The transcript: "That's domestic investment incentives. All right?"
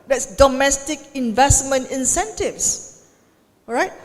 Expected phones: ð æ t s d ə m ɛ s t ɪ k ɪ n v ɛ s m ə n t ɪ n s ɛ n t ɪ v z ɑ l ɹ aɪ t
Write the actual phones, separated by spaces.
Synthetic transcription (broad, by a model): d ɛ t s d ə m ɛ s t ɪ k ɪ n v ɛ s m ə n t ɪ n s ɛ n t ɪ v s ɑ ɹ aɪ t